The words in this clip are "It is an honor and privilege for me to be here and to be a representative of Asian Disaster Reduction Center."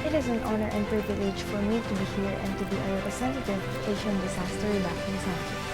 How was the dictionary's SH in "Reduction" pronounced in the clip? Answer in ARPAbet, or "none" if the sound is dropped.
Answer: none